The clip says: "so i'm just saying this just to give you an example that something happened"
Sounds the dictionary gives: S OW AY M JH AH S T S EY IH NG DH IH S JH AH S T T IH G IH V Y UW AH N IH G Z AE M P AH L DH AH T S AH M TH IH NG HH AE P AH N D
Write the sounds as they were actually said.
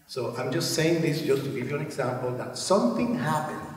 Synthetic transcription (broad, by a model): S OW AY M JH AH S T S EY IH NG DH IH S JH AH S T T IH G IH V Y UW AH N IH G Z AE M P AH L DH AH T S AH M TH IH NG HH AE P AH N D